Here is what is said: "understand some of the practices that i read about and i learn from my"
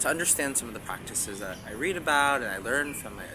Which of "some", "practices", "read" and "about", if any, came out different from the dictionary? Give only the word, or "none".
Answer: none